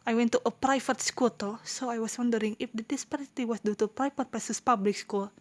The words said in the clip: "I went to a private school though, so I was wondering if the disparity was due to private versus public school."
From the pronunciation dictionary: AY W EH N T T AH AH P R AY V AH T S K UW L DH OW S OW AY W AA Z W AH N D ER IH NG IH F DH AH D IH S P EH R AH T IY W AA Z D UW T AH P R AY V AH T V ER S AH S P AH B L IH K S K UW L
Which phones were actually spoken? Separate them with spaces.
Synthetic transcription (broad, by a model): AY W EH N T T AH AH P R AY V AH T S K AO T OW S OW AY W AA S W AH N D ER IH NG IH F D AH D IH S P EH R AH T IY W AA S D UW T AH P R AY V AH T P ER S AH S P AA B L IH K S K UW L